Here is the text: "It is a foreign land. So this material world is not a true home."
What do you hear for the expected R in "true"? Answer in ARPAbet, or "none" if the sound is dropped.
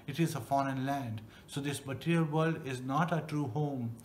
R